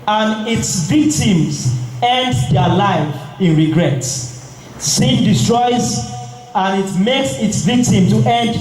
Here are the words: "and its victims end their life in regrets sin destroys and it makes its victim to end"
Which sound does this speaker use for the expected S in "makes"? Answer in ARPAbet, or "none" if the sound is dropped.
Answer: S